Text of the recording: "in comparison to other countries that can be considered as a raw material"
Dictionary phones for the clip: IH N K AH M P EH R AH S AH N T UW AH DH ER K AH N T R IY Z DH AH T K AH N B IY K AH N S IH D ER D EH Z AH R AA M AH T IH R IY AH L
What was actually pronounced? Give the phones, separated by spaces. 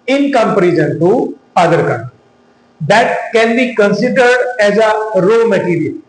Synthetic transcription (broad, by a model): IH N K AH M P R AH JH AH N T UW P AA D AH T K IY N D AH T K AH N B IY K AH N S IH D ER D EH Z AH R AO M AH T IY R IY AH L